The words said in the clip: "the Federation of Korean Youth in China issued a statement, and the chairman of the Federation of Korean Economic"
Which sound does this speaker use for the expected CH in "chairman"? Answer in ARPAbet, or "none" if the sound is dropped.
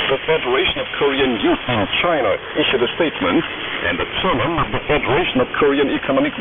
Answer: S